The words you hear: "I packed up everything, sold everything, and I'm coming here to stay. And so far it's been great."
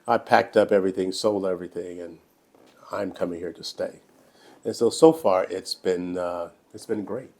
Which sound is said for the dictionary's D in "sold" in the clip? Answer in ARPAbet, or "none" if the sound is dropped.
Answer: none